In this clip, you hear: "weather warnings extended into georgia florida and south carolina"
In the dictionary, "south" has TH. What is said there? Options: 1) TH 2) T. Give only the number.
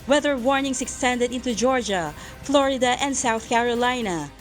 1